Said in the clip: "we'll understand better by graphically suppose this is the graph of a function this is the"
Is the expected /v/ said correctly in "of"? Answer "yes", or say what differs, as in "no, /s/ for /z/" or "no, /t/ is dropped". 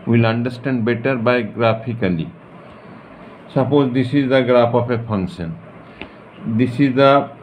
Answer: no, /p/ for /v/